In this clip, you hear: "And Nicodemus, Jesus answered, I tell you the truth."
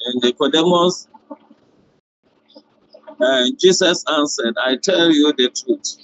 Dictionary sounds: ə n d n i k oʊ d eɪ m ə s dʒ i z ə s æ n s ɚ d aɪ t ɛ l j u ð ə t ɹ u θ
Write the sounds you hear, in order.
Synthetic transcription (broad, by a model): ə n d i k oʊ d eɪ m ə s dʒ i s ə s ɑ n s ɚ d aɪ t ɛ l j u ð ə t ɹ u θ